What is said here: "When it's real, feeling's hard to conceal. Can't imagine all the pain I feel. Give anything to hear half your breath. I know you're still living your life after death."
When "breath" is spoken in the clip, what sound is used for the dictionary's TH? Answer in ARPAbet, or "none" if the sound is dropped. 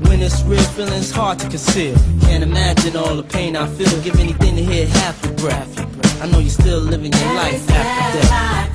F